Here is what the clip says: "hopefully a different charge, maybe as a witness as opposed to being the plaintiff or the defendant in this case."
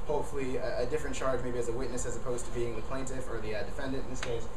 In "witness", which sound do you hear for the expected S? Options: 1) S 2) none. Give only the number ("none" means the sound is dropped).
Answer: 1